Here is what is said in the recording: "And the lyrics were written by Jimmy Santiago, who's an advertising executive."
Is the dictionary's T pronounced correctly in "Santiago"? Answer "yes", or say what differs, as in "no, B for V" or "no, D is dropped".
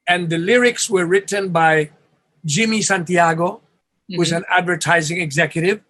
yes